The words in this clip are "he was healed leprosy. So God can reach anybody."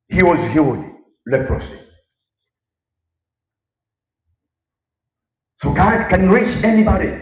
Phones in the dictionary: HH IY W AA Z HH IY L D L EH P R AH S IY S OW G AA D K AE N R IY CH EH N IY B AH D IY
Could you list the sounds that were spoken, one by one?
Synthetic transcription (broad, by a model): HH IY W AA Z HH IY W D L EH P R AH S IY S OW G AA D K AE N R IY CH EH N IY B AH D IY